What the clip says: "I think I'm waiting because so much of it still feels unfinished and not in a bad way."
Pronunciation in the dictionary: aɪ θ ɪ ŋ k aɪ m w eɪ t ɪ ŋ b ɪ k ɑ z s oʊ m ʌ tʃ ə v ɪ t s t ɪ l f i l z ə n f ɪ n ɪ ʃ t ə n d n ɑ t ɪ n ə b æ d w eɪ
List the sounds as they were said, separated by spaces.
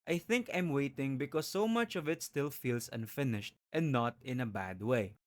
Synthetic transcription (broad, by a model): aɪ θ ɪ ŋ k aɪ m w eɪ t ɪ ŋ b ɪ k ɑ s oʊ m ʌ tʃ ə v ɪ t s t ɪ l f i l s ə n f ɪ n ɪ ʃ t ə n n ɑ t ɪ n ə b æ d w eɪ